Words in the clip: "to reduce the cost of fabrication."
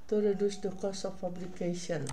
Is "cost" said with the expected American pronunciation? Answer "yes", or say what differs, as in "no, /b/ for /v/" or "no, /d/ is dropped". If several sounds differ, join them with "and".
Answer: no, /t/ is dropped